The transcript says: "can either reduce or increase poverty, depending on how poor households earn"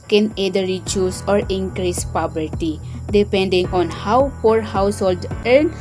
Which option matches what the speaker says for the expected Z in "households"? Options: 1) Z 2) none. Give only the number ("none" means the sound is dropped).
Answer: 2